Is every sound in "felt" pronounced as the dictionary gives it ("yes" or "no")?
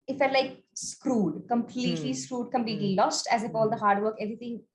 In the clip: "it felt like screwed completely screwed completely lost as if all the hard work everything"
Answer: no